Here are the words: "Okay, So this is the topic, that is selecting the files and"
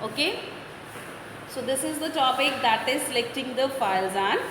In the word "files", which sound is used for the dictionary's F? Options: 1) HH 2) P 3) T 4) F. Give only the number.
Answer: 4